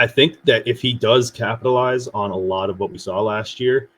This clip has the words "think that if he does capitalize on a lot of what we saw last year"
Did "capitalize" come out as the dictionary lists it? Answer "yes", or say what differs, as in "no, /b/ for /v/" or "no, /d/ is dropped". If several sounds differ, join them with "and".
yes